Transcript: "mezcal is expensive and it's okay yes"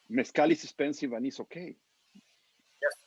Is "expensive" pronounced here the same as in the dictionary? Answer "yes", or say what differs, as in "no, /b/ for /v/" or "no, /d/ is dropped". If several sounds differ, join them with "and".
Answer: no, /k/ is dropped